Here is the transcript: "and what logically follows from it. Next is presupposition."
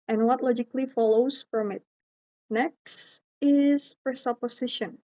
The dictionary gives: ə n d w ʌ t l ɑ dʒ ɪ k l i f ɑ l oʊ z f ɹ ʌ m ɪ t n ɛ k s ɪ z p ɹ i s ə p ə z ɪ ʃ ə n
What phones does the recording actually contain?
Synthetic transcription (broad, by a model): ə n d w ʌ t l ɑ dʒ ɪ k l i f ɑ l oʊ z f ɹ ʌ m ɪ t n ɛ k s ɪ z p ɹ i s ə p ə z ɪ ʃ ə n